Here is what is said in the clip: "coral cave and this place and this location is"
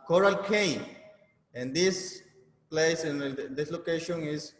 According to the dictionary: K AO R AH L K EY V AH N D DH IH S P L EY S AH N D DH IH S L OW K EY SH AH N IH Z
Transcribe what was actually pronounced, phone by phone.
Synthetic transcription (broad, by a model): K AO R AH L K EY AH N D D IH S P L EY S AH N D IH S L OW K EY SH AH N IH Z